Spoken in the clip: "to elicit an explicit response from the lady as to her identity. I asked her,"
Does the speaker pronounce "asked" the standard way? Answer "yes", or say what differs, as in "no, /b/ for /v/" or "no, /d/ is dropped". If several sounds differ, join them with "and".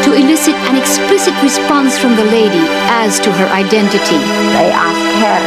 no, /s/ is dropped